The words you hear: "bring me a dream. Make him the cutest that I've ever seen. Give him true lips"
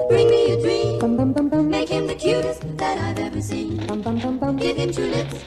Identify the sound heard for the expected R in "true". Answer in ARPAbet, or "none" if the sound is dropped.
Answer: none